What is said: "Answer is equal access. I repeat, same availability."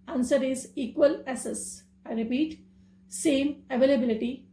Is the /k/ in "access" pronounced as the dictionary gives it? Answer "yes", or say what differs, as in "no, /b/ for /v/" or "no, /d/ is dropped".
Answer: no, /k/ is dropped